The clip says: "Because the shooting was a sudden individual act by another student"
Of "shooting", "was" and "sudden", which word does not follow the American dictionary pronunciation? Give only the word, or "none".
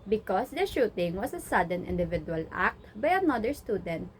was